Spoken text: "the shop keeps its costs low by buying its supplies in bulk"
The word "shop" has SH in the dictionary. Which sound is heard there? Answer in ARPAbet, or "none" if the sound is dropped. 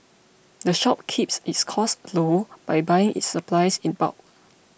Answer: SH